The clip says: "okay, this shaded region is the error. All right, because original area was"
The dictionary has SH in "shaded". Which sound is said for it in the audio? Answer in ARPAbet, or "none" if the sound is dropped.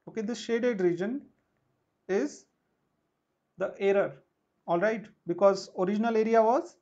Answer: SH